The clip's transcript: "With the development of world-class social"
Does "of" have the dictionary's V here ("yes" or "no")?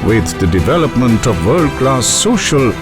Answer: yes